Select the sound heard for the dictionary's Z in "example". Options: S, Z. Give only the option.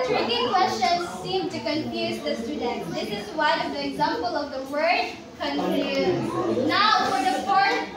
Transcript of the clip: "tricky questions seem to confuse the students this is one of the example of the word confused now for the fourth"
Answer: Z